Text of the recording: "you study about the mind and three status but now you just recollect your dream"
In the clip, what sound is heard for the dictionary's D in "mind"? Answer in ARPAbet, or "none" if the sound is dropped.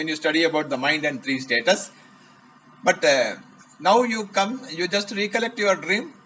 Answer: D